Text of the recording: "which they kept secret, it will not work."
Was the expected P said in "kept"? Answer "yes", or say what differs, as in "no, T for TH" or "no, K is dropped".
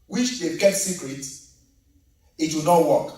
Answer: no, P is dropped